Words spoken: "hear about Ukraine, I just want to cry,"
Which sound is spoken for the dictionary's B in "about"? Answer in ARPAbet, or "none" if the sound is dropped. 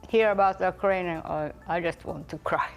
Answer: B